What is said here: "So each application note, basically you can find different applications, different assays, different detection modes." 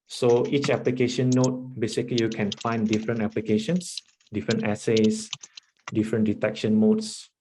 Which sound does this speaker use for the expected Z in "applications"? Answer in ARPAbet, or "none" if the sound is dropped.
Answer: S